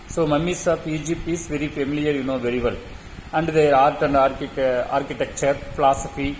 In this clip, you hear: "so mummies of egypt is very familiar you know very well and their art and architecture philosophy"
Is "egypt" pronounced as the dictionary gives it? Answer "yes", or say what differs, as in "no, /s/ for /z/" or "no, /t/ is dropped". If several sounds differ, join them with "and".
no, /t/ is dropped